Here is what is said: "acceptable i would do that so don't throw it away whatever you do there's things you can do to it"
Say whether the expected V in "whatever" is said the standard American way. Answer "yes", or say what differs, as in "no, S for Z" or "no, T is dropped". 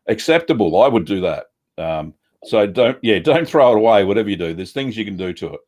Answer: yes